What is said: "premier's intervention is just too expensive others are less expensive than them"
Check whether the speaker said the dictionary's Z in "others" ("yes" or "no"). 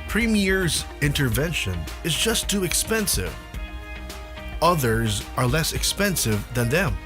yes